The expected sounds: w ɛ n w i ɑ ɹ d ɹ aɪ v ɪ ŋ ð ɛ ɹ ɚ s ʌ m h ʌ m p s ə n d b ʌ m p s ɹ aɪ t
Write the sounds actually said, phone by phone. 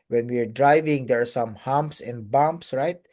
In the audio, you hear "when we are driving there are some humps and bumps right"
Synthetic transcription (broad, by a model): w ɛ n w i ɑ ɹ d ɹ aɪ v ɪ ŋ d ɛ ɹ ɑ s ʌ m h ʌ m p s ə n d b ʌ m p s ɹ aɪ t